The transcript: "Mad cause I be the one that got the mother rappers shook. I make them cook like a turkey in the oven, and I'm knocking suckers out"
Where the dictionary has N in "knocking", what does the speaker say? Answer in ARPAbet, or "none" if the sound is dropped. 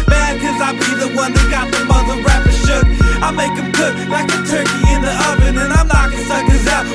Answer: L